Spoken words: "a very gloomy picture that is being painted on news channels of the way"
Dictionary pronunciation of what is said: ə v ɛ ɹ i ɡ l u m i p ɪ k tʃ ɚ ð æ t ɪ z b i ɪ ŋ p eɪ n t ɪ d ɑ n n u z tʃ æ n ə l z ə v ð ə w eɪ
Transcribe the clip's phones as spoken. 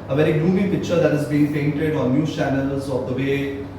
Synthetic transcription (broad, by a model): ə v ɛ ɹ i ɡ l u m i p ɪ k tʃ ɚ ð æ t ɪ z b i ɪ ŋ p eɪ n t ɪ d ɑ n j u tʃ æ n ə l z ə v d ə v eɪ